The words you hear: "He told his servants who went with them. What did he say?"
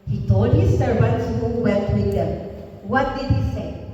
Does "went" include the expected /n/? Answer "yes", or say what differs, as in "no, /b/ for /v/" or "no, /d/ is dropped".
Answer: no, /l/ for /n/